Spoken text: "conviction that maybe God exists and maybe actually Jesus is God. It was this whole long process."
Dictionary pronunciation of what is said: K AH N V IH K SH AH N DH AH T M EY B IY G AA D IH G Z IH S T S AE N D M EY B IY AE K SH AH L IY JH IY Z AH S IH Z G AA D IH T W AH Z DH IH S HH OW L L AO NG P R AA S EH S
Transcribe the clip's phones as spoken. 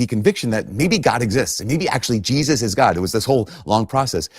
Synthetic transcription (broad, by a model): K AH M V IH K SH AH N DH AH T M EY B IY G AA D IH G Z IH S T S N M EY B IY AE K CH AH L IY JH IY Z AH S IH Z G AA D IH T W AH Z DH IH S HH OW L L AO NG P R AA S EH S